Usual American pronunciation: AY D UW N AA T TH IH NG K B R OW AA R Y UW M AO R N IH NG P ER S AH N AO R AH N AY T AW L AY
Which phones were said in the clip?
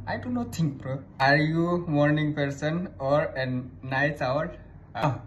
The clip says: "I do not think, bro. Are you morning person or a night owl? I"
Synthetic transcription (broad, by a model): AY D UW N AA T T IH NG K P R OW AA R Y UW M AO R N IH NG P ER S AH N AO R AH N AY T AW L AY